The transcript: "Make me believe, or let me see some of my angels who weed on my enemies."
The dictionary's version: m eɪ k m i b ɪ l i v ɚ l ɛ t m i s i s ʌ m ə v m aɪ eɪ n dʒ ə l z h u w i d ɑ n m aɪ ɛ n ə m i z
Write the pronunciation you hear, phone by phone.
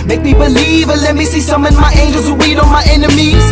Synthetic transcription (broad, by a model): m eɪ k m i b ɪ l i v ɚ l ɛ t m i s i s ʌ m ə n m aɪ eɪ n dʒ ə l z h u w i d ɑ n m aɪ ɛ n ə m i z